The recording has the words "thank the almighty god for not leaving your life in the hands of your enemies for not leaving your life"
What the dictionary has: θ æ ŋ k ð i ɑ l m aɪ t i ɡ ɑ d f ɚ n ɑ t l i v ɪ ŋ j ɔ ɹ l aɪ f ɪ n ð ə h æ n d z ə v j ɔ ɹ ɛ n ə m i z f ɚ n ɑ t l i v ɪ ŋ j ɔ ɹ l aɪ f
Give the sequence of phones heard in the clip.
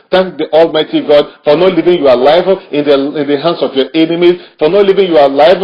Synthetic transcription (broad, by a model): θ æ ŋ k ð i ɑ l m aɪ t i ɡ ɑ d f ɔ n ɑ t l i v ɪ ŋ j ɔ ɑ l aɪ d ɪ n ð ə h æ n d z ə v j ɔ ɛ n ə m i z f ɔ n ɑ t l i v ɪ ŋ j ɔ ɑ l aɪ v